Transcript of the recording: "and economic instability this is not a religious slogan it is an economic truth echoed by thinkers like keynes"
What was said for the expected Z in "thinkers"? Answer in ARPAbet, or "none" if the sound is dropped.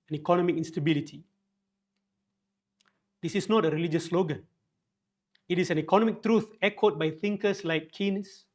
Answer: S